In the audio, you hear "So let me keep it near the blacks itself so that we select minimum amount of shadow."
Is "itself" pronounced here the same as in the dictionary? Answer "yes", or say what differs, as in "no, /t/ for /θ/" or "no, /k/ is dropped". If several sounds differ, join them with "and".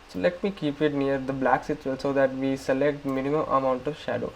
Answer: no, /s/ is dropped